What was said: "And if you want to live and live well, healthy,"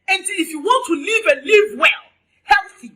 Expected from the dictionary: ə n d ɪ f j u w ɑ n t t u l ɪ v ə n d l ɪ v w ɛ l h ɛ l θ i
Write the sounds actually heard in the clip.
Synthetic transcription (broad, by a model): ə n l ɪ f j u w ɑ n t t u l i v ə n l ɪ v w ɛ l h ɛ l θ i